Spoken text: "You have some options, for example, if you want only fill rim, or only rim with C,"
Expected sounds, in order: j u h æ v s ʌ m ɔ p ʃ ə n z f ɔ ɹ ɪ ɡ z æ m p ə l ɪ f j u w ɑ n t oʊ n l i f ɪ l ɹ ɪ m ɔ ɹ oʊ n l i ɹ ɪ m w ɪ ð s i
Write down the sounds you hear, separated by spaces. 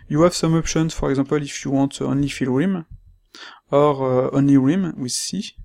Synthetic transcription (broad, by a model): j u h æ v s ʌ m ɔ p ʃ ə n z f ɔ ɹ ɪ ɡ z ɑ p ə l ɪ f j u w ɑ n t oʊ n l i f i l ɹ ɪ m ɔ ɹ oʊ n l i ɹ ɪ m w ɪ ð s i